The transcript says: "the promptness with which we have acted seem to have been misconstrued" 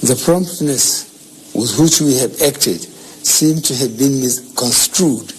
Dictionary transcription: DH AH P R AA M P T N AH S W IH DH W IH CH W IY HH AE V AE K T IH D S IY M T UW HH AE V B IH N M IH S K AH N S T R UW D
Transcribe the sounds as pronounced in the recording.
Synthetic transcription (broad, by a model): DH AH P R AA M P T N AH S W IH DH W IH CH W IY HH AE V AE K T IH D S IY M T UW HH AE V B IH N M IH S K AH N S T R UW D